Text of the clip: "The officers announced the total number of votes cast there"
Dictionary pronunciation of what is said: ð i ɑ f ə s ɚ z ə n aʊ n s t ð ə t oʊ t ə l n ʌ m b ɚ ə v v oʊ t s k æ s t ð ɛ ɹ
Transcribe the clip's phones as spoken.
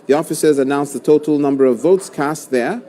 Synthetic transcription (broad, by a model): ð i ɑ f ə s ɚ z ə n aʊ n s ð ə t oʊ t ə l n ʌ m b ɚ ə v v oʊ t s k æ s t ð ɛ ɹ